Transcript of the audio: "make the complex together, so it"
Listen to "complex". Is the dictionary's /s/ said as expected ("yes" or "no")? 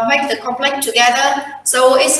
no